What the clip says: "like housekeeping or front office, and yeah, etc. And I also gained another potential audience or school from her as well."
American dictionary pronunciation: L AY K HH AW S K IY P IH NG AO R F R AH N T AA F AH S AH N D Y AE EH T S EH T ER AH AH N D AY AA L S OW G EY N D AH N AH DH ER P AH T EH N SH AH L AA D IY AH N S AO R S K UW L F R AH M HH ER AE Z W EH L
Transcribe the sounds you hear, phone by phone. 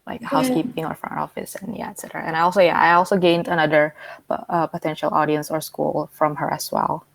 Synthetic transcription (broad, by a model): L AY K HH AW S K IY P IH NG AO R F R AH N AA F AH S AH N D Y AE EH T S EH T ER AH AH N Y AY AA L S OW G EY N D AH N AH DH ER P AH T EH N SH AH L AA D IY AH N S AO R S K UW L F R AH M HH ER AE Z W EH L